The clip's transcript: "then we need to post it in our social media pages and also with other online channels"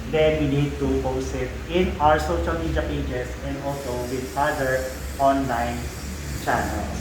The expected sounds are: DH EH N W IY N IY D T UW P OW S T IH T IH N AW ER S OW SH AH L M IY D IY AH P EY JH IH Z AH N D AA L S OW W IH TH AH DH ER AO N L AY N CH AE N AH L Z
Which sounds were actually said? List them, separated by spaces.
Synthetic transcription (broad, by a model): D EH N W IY N IY D T UW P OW S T IH T IH N AW ER S OW SH AH L M IY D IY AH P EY JH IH S AH N D AA L S OW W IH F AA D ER AO N L AY N CH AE N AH L